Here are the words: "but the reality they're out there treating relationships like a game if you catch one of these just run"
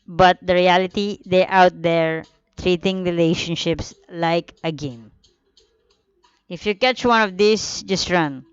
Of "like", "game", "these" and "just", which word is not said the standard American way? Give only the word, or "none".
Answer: these